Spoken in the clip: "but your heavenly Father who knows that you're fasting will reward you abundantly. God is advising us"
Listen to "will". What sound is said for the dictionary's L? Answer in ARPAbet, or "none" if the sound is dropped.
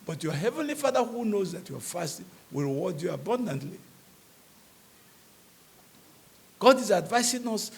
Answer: L